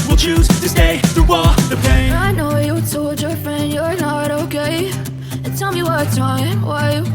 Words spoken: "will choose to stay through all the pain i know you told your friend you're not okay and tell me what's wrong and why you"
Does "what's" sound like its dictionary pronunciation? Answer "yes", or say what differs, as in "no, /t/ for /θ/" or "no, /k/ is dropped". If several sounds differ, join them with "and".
no, /s/ is dropped